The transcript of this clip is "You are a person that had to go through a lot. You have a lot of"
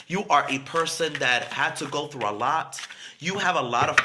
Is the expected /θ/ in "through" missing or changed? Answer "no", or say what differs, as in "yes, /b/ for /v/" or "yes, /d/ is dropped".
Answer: no